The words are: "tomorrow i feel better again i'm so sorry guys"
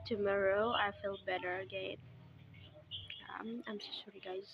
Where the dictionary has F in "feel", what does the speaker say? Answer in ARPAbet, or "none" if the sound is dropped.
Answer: F